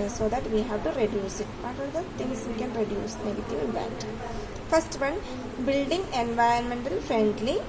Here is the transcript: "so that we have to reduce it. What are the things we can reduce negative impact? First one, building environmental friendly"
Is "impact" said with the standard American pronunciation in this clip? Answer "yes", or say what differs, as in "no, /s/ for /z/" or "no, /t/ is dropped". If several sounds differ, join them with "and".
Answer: no, /k/ is dropped